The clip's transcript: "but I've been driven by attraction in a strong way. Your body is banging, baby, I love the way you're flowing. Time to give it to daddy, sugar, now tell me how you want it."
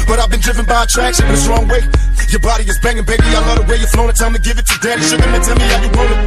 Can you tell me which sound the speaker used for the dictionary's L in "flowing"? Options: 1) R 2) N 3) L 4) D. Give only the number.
2